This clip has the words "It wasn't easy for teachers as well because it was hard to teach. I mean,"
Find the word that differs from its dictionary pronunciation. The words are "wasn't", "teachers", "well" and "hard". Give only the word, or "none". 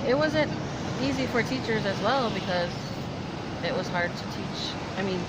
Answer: none